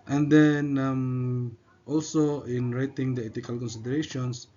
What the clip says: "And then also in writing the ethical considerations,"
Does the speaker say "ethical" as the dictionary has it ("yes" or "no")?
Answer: no